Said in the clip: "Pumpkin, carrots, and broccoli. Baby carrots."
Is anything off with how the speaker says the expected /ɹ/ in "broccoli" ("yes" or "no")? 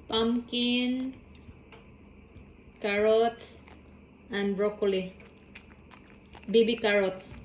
no